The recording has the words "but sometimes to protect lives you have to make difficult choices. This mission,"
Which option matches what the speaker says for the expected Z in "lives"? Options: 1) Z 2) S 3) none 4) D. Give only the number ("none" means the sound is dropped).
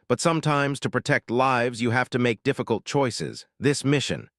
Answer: 1